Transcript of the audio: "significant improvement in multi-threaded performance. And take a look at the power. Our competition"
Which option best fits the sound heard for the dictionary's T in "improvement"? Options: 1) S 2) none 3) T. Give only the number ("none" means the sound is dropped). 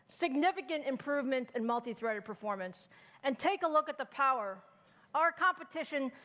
3